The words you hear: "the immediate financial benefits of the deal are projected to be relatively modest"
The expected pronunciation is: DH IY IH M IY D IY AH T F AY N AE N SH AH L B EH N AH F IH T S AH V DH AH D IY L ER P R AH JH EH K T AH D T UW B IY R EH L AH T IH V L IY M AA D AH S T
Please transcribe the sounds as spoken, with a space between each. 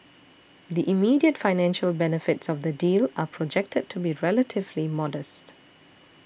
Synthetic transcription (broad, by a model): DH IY IH M IY D IY AH T F AY N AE N SH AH L B EH N AH F IH T S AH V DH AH D IY L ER P R AH JH EH K T AH D T UW B IY R EH L AH T IH V L IY M AA D AH S T